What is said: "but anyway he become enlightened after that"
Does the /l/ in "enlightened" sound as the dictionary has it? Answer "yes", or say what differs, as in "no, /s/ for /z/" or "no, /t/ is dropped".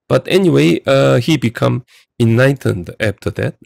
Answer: no, /l/ is dropped